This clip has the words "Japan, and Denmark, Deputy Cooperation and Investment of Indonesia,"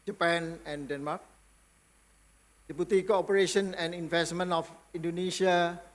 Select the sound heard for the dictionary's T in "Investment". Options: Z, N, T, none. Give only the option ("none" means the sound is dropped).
none